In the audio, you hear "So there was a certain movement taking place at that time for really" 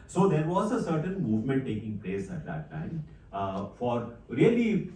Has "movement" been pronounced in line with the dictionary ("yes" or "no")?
yes